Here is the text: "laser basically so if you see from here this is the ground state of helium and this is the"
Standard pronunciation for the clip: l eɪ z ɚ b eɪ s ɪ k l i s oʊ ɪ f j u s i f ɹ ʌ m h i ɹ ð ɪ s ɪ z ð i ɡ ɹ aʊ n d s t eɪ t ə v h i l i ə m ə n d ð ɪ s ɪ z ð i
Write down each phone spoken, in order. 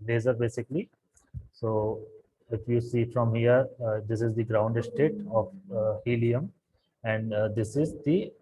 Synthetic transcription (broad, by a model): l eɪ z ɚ b eɪ s ɪ k l i s oʊ ɪ f j u s i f ɹ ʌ m h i ɹ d ɪ s ɪ z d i ɡ ɹ aʊ n d s t eɪ t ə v h i l i ə m ə n d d ɪ s ɪ z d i